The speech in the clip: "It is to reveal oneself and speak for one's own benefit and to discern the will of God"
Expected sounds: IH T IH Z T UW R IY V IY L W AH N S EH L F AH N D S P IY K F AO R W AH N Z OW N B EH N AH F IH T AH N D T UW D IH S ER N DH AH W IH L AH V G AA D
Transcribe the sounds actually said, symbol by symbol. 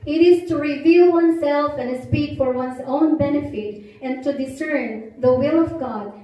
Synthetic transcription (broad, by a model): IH T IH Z T UW R IY V IY L W AH N S EH L F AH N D S P IY K F AO R W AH N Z OW N B EH N AH F IH T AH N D T UW D IH S ER N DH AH W IH L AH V G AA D